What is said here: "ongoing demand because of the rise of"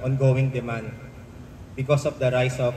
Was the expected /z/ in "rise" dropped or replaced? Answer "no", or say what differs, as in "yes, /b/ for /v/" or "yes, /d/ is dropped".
yes, /s/ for /z/